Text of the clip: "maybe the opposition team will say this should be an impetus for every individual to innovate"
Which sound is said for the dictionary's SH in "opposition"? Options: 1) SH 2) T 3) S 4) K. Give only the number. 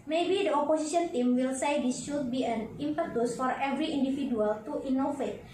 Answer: 3